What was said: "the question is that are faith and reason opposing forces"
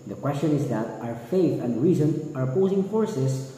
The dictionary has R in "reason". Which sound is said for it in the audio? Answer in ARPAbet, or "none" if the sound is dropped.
R